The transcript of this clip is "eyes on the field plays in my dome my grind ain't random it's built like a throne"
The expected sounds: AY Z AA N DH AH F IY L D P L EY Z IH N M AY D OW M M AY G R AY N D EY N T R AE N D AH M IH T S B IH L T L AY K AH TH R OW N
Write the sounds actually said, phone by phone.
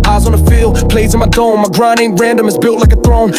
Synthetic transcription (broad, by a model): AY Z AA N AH F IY L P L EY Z IH N M AY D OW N M AY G R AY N IH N R AE N D AH M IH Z B IH L T L AY K AH TH R OW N